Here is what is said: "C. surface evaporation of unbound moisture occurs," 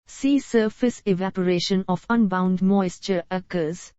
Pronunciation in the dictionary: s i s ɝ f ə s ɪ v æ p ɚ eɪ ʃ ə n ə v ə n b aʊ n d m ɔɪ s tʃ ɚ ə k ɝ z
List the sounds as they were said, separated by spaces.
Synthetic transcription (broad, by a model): s i s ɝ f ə s ɪ v æ p ɚ eɪ ʃ ə n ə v ə n b aʊ n d m ɔɪ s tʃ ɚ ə k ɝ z